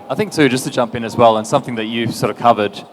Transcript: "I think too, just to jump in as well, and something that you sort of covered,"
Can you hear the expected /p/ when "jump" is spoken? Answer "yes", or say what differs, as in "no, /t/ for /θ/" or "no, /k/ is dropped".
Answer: yes